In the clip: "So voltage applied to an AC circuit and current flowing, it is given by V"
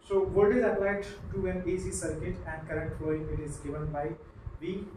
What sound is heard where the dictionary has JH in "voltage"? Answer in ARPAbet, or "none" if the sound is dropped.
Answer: Z